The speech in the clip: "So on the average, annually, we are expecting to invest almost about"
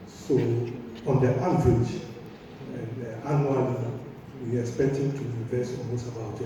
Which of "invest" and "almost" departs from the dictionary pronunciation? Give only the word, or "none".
invest